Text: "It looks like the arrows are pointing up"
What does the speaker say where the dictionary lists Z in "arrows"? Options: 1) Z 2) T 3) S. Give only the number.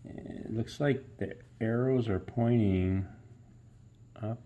1